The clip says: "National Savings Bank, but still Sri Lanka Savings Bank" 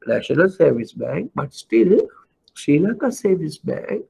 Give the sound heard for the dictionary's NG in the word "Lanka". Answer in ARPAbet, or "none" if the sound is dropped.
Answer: none